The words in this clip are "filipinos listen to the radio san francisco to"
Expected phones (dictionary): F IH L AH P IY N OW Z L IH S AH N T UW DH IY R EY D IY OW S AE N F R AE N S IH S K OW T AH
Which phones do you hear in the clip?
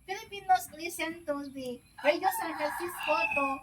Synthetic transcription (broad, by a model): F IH L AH P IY N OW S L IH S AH N T UW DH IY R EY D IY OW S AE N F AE S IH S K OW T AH